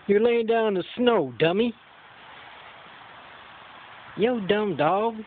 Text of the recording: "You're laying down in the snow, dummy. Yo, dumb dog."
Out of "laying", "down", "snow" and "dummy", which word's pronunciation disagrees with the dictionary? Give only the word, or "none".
down